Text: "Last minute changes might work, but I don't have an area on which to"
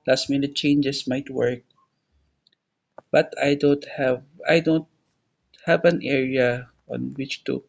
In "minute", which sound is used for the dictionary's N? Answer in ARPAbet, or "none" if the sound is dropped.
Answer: N